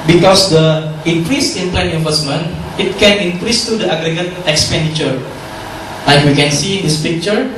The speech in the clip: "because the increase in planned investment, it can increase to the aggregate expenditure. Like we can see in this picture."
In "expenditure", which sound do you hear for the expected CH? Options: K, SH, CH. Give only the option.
CH